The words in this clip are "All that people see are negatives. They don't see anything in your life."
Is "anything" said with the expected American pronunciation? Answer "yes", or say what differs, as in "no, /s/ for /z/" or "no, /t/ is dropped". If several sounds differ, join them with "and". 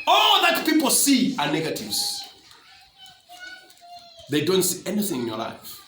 yes